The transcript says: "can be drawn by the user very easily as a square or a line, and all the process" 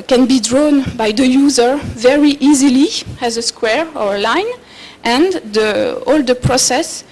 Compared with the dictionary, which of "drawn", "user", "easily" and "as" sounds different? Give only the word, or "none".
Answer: none